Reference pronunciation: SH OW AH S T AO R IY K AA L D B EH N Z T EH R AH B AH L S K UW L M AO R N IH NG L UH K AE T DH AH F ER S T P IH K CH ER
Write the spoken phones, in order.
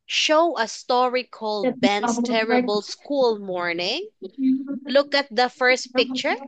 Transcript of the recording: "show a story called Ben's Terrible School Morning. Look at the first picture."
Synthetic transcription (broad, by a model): SH OW AH S T AO R IY K AA L D B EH N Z T EH R AH B AH L S K UW L M AO R N IH NG L UH K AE T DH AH F ER S T P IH K CH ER